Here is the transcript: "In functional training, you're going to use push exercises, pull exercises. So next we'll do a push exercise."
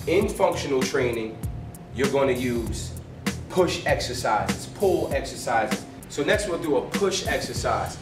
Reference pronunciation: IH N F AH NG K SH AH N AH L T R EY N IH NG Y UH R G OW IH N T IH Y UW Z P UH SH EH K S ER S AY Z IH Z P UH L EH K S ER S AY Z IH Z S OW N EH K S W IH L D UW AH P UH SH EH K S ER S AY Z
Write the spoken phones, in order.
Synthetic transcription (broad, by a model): IH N F AH NG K SH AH N L T R EY N IH NG Y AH R G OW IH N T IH Y UW Z P UH SH EH K S ER S AY Z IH S P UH L EH K S ER S AY Z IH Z S OW N EH K S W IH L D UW AH P UH SH EH K S ER S AY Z